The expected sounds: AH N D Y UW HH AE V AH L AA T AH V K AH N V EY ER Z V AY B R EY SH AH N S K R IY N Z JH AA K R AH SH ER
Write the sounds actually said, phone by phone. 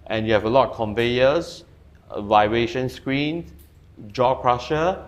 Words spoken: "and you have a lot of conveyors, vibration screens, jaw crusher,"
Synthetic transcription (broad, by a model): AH N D Y UW HH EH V AH L AA T K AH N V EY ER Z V AY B R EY SH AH N S K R IY N JH AA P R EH SH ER